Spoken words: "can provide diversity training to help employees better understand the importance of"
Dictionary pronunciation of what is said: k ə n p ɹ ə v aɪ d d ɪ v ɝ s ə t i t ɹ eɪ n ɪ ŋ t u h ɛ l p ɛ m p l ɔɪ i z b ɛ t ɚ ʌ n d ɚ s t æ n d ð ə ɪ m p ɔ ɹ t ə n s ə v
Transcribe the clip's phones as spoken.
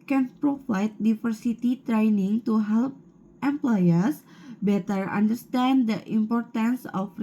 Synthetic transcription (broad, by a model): k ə n p ɹ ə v aɪ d d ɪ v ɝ s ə t i t ɹ eɪ n ɪ ŋ t u h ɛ l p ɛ m p l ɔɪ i s b ɛ t ɚ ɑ n d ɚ s t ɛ n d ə ɪ m p ɔ ɹ t ə n s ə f